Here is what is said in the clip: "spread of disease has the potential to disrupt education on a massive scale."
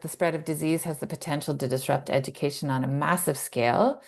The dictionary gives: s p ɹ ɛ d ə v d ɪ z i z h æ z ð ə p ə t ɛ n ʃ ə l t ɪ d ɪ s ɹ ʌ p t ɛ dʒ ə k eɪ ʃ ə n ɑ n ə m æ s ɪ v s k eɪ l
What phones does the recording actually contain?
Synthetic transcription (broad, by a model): s p ɹ ɛ d ə v d ɪ z i z h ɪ z ð ə p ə t ɛ n ʃ l t ɪ d ɪ s ɹ ʌ p t ɛ dʒ ə k eɪ ʃ ə n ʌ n ə m æ s ɪ v s k eɪ l